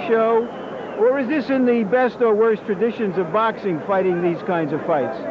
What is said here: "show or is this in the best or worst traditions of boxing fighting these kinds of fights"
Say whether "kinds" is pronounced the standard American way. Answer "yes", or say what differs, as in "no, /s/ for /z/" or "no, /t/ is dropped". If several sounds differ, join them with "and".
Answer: yes